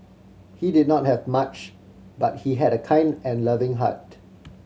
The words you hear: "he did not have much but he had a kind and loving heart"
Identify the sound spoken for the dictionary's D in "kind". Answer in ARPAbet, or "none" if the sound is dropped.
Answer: D